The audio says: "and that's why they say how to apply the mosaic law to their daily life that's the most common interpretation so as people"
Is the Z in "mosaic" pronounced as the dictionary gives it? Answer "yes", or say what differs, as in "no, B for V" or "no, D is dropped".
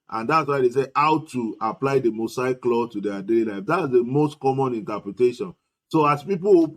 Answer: no, S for Z